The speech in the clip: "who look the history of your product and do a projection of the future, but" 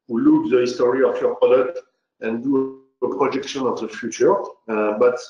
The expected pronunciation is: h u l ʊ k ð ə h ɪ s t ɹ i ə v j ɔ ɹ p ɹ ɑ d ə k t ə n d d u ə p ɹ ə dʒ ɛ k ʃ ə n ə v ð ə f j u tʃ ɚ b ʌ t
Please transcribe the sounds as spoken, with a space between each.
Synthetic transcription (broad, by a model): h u l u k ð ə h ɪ s t ɹ i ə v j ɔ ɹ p ɑ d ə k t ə n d d u ə p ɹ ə dʒ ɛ k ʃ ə n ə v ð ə f j u tʃ ɚ b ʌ t